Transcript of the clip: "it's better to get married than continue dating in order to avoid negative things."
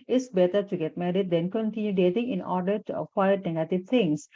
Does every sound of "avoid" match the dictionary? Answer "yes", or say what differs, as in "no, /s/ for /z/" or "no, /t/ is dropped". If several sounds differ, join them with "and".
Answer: no, /v/ is dropped